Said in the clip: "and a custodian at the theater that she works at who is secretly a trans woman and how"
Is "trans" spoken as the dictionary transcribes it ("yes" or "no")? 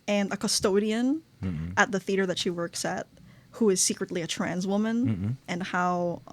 yes